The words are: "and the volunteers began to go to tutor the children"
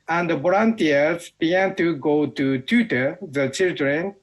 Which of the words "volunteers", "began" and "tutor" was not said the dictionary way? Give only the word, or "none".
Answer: volunteers